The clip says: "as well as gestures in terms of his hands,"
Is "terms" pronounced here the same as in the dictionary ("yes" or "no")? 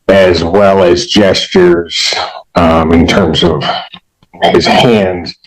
yes